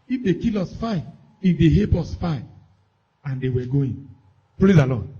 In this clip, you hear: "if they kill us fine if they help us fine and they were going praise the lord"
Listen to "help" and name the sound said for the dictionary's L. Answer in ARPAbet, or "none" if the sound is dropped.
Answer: none